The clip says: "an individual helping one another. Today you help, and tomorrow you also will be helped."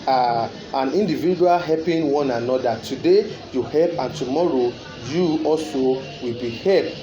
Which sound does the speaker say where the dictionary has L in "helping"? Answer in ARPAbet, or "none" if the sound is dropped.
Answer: none